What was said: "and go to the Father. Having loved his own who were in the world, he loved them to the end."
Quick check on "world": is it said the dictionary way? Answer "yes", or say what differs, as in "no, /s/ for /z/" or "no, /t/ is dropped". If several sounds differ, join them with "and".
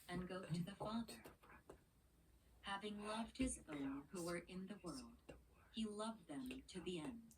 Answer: yes